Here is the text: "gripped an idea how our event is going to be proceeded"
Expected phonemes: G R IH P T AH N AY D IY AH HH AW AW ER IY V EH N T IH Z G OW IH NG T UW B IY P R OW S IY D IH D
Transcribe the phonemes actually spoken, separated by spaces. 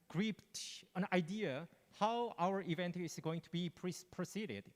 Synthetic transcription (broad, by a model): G R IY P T AH N AY D IY AH HH AW AW ER IY V EH N T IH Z G OW IH NG T UW B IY P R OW S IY D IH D